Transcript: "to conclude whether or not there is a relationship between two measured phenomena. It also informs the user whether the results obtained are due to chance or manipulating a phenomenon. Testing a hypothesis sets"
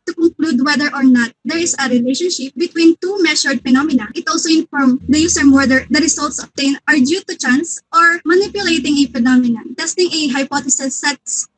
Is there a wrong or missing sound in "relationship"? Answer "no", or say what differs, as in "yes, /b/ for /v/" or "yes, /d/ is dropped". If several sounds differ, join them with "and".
no